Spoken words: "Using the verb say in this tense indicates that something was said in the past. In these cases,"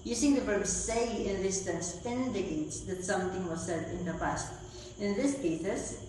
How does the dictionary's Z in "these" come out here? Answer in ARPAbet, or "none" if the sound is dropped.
S